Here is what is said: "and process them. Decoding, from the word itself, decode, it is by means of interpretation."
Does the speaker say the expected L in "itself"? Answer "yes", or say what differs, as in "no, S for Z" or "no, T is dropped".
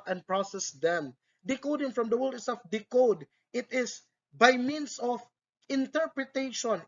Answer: no, L is dropped